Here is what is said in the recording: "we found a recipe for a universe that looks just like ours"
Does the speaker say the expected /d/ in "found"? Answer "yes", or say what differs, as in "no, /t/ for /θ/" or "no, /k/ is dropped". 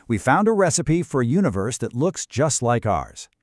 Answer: yes